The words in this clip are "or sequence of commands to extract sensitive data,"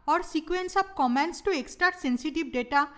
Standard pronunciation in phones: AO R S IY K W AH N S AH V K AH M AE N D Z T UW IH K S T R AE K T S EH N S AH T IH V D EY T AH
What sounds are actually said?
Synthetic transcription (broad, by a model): AO R S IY K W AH N S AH B K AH M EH N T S T UW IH K S T R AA T S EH N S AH T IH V D EY T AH